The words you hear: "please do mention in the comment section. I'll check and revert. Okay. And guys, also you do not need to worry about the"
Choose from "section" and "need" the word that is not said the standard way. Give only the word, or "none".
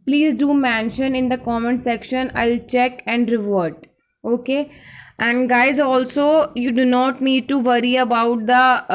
none